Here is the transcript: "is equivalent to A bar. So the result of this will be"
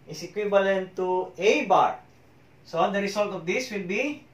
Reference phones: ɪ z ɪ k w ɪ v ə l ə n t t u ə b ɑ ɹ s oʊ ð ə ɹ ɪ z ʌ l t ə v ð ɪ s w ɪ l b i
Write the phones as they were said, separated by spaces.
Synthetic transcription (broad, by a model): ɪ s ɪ k w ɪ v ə l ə n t t u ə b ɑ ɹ s oʊ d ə ɹ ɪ s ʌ l t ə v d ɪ s w ɪ l b i